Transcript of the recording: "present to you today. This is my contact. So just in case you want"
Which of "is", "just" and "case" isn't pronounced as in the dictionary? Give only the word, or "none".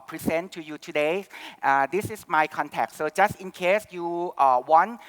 is